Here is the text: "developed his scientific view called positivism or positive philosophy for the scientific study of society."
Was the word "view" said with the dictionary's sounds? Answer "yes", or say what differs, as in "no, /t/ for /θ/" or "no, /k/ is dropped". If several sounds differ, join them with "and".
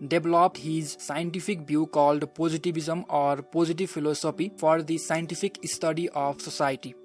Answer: no, /b/ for /v/